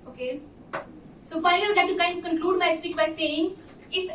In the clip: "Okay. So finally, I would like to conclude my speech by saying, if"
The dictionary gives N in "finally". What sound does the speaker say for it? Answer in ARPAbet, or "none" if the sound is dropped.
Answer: none